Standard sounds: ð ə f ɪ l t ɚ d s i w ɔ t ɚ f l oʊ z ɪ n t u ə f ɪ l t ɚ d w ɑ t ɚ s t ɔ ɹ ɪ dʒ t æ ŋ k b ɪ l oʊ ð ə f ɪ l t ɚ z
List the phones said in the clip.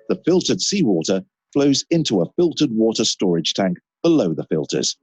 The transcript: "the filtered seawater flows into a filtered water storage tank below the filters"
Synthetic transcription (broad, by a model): ð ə f ɪ l t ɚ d s i w ɔ t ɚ f l oʊ z ɪ n t u ə f ɪ l t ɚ d w ɑ t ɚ s t ɔ ɹ ɪ dʒ t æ ŋ k b ɪ l oʊ ð ə f ɪ l t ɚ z